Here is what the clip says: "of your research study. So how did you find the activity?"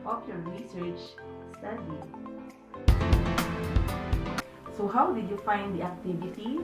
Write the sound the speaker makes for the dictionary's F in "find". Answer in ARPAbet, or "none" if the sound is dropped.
F